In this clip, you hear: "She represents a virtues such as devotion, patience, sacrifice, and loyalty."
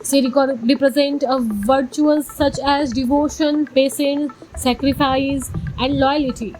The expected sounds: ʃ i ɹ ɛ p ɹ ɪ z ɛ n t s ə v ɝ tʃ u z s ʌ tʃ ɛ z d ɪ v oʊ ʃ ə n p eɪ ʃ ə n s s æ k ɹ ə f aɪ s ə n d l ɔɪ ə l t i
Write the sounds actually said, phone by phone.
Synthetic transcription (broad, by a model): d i ɹ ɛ p ɹ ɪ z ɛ n t ə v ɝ tʃ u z s ʌ tʃ ɛ z d ɪ v oʊ ʃ ə n p eɪ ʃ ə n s s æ k ɹ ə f aɪ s ə n d l ɔɪ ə l t i